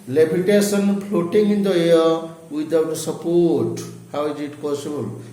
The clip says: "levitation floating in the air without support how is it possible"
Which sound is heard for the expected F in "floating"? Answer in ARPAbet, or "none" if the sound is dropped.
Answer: P